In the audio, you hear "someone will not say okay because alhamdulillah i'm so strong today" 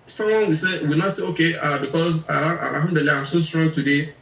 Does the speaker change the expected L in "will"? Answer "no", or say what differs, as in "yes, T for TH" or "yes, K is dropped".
yes, W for L